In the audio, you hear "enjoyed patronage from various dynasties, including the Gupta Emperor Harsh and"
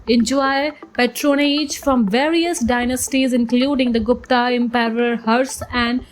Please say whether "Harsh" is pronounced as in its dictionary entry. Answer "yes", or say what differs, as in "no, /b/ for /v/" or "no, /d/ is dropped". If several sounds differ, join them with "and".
no, /s/ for /ʃ/